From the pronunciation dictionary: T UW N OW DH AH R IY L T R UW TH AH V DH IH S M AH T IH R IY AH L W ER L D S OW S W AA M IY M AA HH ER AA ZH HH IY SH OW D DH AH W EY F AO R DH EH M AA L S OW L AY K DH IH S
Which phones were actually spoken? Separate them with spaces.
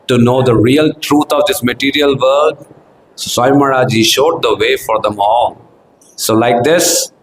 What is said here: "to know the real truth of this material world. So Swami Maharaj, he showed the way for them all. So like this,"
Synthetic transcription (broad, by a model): T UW N OW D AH R IY L T R UW T AH V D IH S M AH T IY R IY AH L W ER D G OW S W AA IY M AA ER AA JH IY SH OW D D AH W EY F AO R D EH M AA L S OW L AY K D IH S